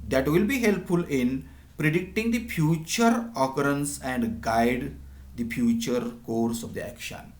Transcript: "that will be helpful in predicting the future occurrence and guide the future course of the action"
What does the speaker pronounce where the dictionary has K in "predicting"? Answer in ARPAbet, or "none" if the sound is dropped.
K